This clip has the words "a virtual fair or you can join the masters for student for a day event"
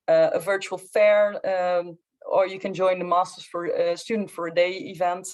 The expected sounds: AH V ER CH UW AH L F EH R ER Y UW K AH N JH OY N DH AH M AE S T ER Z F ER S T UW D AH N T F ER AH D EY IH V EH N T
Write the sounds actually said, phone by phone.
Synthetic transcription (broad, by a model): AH V ER CH UW AH L F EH R ER Y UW K AH N JH OY N DH AH M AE S T ER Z F ER S T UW D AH N T F ER AH D EY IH V EH N T